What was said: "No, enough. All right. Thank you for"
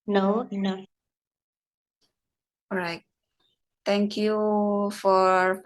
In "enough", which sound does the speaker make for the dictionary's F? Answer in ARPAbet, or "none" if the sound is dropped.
none